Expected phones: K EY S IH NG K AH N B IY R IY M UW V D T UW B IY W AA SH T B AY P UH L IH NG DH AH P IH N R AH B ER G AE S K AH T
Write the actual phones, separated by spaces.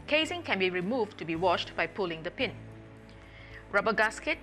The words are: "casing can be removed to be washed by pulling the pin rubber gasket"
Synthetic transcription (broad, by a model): K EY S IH NG K AH N B IY R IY M UW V T UW B IY W AA SH T B AY P UH L IH NG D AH P IH N R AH B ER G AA S K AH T